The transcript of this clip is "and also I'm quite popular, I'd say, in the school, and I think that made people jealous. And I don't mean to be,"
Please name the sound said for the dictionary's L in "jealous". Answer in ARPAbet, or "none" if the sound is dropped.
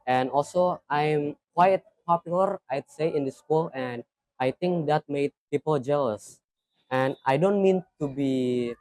L